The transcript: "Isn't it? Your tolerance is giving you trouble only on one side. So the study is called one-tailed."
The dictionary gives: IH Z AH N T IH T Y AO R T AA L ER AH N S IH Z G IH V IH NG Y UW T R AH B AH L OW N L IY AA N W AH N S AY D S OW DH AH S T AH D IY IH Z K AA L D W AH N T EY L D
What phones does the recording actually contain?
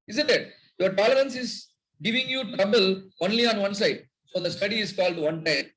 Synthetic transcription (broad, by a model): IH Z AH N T IH T Y AO R T AA L ER AH N S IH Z G IH V IH NG Y UW T R AH B AH L OW N L IY AA N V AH N S AY D S OW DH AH S T AH D IY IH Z K AA L D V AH N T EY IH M